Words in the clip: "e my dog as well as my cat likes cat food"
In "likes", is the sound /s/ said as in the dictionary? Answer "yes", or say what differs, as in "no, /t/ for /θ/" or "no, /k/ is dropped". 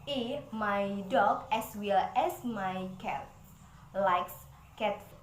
yes